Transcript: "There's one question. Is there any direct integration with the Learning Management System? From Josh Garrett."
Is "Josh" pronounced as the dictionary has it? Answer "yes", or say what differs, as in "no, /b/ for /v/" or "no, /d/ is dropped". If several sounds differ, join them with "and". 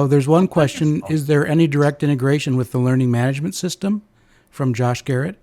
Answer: yes